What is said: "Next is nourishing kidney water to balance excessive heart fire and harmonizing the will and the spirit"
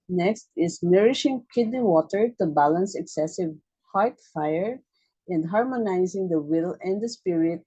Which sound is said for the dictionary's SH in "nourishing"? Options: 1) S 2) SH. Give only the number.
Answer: 2